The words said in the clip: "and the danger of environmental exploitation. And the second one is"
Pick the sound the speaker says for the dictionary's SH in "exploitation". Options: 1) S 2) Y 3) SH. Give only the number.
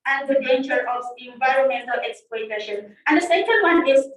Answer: 3